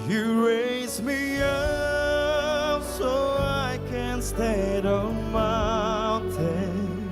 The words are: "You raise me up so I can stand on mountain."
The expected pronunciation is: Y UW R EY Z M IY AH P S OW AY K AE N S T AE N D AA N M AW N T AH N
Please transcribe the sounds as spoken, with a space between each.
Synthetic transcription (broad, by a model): Y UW R EY Z M IY AH P S OW AY K AE N S T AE D AA N M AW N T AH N